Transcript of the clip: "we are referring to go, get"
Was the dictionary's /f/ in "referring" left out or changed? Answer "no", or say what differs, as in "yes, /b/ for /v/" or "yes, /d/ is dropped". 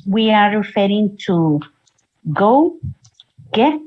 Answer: no